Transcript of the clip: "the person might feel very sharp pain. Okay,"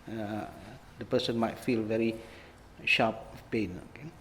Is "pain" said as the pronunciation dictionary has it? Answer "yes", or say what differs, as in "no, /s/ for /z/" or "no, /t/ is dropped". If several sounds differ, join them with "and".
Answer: yes